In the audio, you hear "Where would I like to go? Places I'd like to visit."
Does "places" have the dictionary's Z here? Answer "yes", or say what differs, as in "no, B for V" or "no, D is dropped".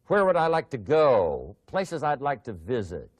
yes